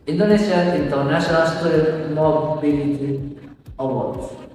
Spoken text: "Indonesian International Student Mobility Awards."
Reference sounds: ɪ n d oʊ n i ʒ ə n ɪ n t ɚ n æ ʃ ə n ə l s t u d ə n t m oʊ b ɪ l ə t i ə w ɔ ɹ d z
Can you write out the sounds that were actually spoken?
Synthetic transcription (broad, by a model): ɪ n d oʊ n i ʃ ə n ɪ n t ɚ n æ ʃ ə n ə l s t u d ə t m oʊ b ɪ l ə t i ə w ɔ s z